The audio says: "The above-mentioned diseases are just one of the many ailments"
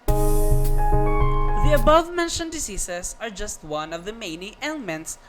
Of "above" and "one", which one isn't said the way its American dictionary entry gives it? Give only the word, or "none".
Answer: none